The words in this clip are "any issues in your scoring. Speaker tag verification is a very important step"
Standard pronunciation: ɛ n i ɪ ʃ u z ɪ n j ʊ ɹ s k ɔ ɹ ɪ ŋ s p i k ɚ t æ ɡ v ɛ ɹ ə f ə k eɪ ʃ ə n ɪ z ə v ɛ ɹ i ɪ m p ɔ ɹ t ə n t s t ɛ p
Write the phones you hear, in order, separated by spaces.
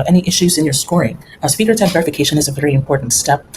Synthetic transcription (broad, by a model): ɛ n i ɪ ʃ u z ɪ n j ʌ ɹ s k ɔ ɹ ɪ ŋ s p i k ɚ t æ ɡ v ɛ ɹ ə f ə k eɪ ʃ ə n ɪ z ə v ɛ ɹ i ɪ m p ɔ ɹ t n t s t ɛ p